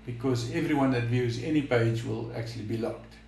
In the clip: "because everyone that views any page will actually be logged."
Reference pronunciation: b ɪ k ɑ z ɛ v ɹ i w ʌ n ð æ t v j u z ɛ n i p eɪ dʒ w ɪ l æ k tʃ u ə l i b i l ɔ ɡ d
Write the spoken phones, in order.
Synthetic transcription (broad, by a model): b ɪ k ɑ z ɛ v ɹ i w ʌ n ð æ t v j u z ɛ n i p eɪ dʒ w ɪ l æ k tʃ u ə l i b i l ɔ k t